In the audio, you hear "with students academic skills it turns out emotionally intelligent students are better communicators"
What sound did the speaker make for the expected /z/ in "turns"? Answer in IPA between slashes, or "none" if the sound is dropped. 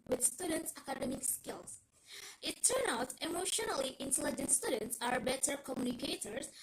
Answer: none